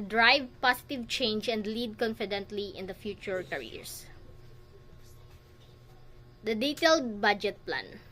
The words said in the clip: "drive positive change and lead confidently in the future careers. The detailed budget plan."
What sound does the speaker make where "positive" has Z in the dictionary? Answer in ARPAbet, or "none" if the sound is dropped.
S